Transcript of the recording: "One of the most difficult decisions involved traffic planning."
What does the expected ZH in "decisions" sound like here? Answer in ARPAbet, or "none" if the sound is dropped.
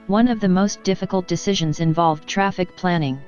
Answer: ZH